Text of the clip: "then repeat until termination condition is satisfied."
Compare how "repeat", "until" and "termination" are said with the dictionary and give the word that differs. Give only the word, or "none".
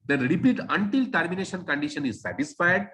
none